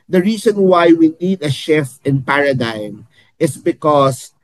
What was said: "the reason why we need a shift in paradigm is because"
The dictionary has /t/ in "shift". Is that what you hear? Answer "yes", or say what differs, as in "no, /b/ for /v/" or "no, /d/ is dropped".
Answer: no, /t/ is dropped